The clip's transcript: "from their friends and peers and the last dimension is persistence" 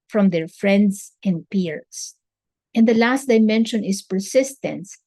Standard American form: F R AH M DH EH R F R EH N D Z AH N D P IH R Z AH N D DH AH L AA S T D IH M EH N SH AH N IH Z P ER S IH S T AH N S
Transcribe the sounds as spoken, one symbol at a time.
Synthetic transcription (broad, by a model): F R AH M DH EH R F R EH N D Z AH N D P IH R S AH N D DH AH L AA S T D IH M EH N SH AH N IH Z P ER S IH S T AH N S